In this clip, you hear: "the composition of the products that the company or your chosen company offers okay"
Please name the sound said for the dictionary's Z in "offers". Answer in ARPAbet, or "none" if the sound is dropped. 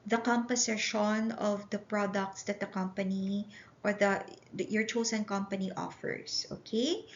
S